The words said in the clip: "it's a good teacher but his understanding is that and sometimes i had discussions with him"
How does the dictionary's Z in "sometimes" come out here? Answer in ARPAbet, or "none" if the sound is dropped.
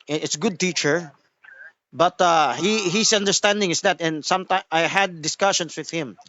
none